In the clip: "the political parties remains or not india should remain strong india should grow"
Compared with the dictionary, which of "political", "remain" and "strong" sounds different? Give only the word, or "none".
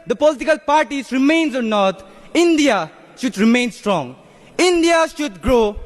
none